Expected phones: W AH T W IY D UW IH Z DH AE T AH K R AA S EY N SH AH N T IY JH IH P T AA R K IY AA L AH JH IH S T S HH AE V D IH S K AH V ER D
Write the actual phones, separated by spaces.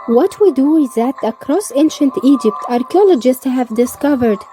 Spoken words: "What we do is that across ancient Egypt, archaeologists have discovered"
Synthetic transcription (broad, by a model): W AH T W IY D UW IH Z DH AE T AH K R AA S EY N SH AH N T IY JH IH P T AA R K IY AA L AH JH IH S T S HH AE V D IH S K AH V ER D